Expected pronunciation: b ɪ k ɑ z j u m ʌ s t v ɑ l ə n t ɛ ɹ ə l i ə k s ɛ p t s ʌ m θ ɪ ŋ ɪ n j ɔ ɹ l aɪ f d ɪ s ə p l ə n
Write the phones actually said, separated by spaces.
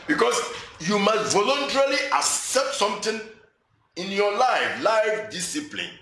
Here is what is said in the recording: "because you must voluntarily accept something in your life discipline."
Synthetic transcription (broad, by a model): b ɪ k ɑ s j u m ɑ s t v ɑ l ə n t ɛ ɹ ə l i ə k s ɛ p t s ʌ m t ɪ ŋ ɪ n j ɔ l l aɪ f d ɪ s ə p l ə n